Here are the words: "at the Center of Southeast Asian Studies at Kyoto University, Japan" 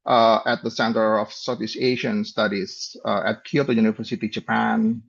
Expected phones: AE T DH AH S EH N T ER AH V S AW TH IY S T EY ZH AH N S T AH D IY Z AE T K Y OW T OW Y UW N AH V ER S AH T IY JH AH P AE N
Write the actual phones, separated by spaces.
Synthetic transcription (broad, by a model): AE T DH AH S EH N T ER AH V S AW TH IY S EY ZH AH N S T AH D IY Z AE T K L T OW Y UW N AH V ER S AH T IY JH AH P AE N